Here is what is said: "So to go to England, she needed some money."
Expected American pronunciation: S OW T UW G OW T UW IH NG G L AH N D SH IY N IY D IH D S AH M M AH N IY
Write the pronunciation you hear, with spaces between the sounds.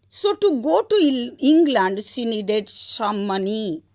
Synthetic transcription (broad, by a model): S OW T UW G OW T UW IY NG G L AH N D S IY N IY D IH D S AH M M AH N IY